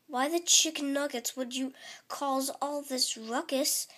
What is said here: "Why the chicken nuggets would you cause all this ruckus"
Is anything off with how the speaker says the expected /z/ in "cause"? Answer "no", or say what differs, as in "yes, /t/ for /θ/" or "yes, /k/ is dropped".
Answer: no